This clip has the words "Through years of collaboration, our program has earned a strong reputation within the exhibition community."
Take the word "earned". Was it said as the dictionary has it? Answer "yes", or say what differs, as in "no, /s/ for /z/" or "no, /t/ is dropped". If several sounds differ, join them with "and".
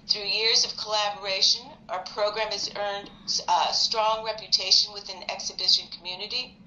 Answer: yes